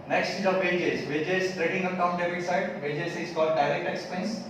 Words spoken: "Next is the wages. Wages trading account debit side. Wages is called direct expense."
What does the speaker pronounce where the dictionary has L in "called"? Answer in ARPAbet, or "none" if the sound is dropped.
L